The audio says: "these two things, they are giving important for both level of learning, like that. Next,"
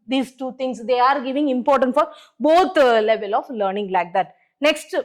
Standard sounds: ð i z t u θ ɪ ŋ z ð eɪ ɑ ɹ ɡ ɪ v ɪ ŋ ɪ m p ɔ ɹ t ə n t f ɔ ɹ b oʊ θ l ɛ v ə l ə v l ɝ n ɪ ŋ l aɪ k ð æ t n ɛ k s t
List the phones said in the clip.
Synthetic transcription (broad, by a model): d i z t u t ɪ ŋ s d eɪ ɑ ɹ ɡ ɪ v ɪ ŋ ɪ m p ɔ ɹ t ə n t f ɔ ɹ b oʊ t l ɛ v ə l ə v l ɝ n ɪ ŋ l aɪ k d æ t n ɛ k s t